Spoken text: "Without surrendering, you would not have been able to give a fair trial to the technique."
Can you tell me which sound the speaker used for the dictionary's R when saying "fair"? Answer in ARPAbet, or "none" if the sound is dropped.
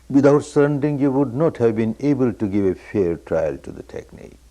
R